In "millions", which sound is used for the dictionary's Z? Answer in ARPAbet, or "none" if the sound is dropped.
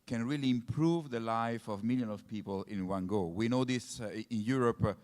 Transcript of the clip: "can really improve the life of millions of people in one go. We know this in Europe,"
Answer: none